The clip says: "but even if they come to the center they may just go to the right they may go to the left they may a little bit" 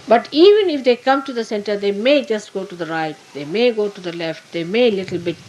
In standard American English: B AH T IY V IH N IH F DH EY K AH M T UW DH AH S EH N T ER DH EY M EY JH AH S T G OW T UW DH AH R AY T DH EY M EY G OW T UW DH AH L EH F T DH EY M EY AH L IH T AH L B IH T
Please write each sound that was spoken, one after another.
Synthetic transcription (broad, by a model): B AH T IY V IH N IH F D EY K AH M T UW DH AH S EH N T ER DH EY M EY JH AH S T G OW T UW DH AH R AY T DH EY M EY G OW T UW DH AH L EH F T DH EY M EY L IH T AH L B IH T